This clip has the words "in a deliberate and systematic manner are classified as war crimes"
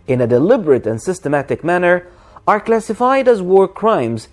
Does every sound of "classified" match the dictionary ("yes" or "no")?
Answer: yes